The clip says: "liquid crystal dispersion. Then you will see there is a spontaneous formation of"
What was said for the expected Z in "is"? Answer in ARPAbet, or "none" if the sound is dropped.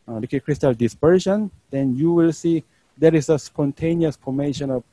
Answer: S